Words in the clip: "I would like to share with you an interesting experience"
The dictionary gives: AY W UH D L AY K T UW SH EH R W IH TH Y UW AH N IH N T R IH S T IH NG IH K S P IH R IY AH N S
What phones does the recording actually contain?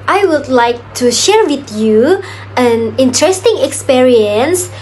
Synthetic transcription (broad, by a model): AY W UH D L AY K T UW SH EH R W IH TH Y UW AH N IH N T R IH S T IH NG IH K S P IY R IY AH N S